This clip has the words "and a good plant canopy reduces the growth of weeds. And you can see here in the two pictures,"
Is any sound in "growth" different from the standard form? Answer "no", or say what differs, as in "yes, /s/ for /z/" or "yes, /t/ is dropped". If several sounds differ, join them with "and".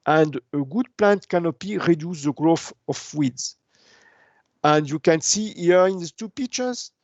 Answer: yes, /f/ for /θ/